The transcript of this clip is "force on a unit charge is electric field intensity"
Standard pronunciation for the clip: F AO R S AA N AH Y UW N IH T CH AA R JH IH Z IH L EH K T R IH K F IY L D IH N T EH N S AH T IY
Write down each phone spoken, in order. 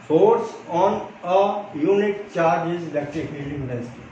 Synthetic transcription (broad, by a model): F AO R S AA N AH Y UW N IH T CH AA R JH IH Z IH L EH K T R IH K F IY D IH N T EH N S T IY